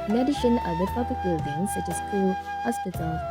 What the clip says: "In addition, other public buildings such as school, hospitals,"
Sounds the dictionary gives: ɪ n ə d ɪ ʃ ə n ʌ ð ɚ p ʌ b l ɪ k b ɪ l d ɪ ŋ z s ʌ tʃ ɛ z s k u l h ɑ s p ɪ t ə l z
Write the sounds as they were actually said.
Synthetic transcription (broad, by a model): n ə d ɪ ʃ ə n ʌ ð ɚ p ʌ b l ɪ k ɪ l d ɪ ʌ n s ʌ tʃ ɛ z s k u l h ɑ s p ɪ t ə l